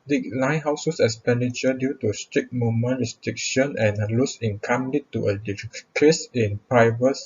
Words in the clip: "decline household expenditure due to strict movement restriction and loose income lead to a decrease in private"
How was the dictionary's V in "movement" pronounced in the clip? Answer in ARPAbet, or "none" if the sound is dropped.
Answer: none